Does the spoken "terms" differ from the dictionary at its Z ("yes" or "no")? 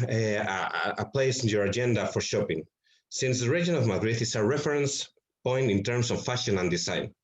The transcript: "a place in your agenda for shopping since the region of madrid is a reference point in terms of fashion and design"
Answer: yes